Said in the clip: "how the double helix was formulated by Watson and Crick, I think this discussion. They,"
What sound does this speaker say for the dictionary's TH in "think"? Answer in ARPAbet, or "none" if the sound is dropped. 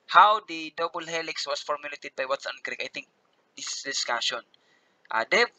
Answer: T